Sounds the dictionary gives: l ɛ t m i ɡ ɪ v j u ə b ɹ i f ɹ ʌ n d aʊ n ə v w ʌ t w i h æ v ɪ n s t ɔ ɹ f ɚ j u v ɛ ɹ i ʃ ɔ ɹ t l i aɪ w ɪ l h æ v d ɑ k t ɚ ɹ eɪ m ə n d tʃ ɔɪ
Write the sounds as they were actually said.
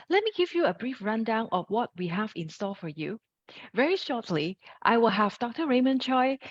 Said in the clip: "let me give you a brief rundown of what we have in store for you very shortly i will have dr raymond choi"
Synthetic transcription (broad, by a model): l ɛ t m i ɡ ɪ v j u ə b ɹ i f ɹ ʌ n d aʊ n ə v w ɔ t w i h æ v ɪ n s t ɔ l f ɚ j u v ɛ ɹ i ʃ ɔ t l i aɪ w ɪ l h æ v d ɑ k t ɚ ɹ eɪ m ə n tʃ ɔɪ